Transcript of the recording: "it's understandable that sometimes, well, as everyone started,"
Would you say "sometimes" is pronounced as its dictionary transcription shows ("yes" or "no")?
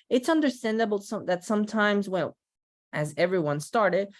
yes